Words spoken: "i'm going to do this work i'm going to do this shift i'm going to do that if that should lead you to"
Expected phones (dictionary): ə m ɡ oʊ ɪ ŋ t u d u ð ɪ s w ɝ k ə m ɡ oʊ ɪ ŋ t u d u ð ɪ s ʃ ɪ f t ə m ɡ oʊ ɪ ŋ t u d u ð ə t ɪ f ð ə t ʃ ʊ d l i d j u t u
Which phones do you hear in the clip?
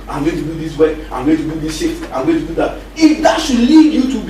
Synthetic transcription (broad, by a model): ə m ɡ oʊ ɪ t u d u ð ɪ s w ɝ ə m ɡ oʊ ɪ t u d u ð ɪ s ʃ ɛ t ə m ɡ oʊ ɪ t u d u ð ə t ɪ f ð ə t ʃ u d l i d j u t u